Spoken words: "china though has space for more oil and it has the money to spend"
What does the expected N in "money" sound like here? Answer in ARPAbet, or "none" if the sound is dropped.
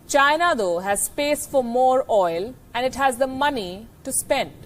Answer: N